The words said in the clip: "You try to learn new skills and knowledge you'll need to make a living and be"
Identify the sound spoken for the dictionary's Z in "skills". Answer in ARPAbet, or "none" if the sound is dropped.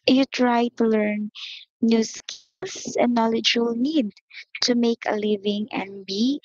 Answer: S